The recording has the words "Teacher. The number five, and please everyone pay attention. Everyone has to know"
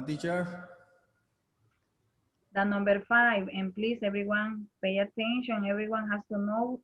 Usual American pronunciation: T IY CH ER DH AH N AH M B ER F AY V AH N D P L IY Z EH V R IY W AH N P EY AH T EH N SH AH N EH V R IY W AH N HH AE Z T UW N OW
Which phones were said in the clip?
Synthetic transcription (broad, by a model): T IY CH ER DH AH N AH M B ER F AY V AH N P L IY S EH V R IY W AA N P EY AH T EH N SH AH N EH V R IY W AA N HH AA S T UW N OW